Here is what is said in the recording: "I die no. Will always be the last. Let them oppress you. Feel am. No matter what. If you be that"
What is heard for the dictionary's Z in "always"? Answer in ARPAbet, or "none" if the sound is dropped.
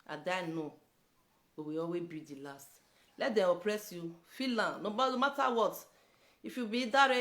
none